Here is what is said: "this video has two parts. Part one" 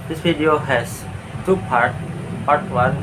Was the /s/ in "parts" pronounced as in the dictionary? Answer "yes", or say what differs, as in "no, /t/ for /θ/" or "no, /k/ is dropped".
no, /s/ is dropped